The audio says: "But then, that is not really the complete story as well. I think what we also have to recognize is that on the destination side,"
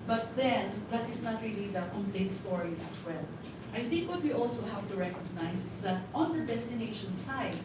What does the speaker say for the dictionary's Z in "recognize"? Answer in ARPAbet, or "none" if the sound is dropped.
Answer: S